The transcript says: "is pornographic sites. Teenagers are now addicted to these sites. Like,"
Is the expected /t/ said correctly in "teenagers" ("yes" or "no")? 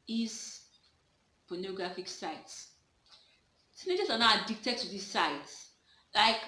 no